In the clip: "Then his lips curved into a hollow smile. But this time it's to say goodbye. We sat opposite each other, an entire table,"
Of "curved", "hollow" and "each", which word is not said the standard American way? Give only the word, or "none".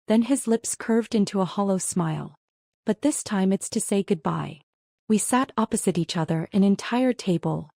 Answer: none